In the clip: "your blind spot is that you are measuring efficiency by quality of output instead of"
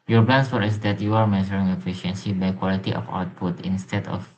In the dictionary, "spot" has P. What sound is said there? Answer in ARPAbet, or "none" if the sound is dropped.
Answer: F